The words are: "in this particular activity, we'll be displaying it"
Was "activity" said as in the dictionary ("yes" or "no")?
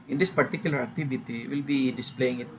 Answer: no